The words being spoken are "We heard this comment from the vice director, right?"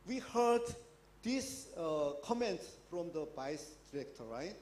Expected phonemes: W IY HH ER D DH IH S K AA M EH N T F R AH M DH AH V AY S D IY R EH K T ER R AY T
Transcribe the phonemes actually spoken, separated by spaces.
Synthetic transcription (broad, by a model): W IY HH ER D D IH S K AA M EH N T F R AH M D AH B AY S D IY R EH K T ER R AY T